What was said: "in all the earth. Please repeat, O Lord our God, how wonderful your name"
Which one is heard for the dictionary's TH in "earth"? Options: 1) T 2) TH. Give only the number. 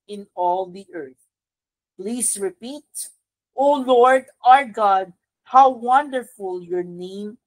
2